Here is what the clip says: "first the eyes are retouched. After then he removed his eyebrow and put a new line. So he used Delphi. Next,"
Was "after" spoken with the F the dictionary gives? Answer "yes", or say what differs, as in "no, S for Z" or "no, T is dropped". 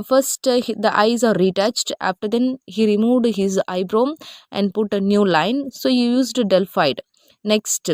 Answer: yes